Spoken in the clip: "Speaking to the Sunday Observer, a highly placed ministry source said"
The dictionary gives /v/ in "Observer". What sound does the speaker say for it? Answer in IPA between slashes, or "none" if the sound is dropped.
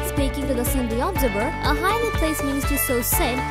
/b/